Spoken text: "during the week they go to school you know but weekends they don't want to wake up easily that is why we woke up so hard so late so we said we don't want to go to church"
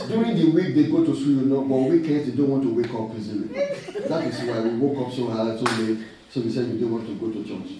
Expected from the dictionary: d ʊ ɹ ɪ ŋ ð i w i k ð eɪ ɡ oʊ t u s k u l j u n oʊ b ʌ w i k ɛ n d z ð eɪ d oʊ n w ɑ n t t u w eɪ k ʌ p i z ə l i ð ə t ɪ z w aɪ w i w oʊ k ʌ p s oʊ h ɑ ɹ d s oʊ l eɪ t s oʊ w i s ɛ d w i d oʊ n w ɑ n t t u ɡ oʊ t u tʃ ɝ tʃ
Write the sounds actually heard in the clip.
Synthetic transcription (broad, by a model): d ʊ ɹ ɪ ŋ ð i w i k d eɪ ɡ oʊ t u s u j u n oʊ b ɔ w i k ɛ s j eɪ d oʊ n w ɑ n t t u w eɪ k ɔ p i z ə n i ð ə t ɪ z w aɪ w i w oʊ k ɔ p s oʊ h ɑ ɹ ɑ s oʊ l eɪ s oʊ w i s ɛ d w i d oʊ n w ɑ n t t u ɡ oʊ t u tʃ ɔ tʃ